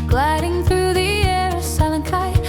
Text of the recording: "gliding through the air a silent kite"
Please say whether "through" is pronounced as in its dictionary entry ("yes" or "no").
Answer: yes